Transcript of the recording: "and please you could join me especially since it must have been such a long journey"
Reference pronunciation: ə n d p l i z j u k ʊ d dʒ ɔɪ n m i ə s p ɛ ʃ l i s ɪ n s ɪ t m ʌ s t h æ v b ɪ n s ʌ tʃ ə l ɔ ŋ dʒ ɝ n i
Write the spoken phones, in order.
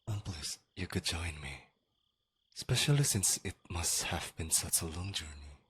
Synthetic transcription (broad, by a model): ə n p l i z j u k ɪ d dʒ ɔɪ n m i s p ɛ ʃ l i s ɪ n s ɪ t m ʌ s t h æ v b ɪ n s ʌ tʃ ə l ɔ ŋ dʒ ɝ n i